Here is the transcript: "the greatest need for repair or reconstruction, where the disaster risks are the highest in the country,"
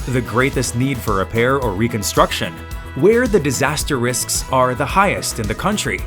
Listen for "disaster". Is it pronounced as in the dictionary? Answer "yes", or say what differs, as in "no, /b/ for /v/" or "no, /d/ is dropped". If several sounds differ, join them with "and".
yes